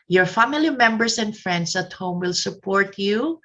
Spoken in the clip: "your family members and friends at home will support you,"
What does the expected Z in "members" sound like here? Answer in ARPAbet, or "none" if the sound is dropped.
S